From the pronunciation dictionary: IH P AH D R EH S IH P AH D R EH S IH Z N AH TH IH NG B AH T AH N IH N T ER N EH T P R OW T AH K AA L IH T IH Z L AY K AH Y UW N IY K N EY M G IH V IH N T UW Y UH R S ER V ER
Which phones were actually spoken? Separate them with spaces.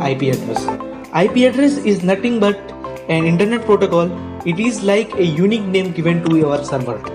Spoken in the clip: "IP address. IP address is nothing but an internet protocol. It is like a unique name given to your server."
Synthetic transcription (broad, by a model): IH P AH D R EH S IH P AH D R EH S IH Z N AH T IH NG B AH T AH N IH N T ER N EH T P R OW T AH K AA L IH T IH Z L AY K AH Y UW N IY K N EY M G IH V IH N T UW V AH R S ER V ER